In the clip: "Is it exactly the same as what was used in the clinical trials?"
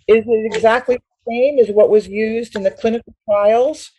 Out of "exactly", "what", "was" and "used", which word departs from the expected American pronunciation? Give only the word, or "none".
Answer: none